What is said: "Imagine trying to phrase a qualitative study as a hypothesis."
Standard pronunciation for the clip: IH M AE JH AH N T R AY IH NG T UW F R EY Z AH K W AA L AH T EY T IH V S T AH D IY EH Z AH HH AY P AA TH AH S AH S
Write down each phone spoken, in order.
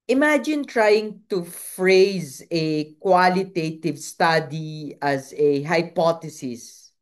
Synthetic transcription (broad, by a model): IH M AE JH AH N T R AY IH NG T UW F R EY Z AH K W AA L AH T EY T IH V S T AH D IY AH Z AH HH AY P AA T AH S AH S